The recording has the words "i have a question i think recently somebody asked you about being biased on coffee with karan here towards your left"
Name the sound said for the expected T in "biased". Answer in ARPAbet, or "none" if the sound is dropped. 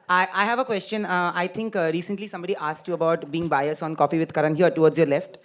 none